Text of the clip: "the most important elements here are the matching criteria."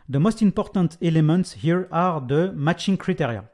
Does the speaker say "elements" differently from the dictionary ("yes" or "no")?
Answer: no